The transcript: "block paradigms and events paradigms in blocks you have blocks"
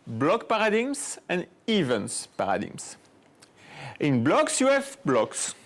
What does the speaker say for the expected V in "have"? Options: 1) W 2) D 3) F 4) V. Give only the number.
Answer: 3